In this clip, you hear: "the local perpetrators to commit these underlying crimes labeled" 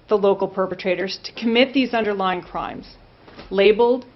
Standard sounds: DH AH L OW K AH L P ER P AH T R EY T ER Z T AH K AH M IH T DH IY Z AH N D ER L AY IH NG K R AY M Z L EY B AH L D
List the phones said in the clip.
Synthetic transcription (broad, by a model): DH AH L OW K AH L P ER P AH T R EY T ER Z T AH K AH M IH T DH IY Z AH N D ER L AY IH NG K R AY M Z L EY B L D